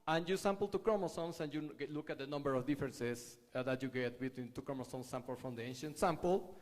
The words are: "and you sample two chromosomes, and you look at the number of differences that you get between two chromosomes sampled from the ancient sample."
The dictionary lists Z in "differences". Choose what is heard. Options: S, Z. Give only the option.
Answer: S